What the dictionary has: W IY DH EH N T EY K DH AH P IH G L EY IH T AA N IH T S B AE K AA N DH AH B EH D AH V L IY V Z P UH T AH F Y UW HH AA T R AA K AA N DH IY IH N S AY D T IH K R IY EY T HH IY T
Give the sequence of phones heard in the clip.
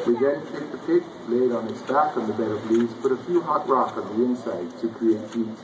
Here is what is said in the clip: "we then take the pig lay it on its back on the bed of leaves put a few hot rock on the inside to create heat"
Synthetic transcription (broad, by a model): W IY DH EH N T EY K DH AH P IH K L EY IH T N IH T S B AE K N DH AH B EH D AH V L IY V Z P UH T AH F Y UW HH AA T R AA K N DH IY IH N S AY D T IH K R IY EY T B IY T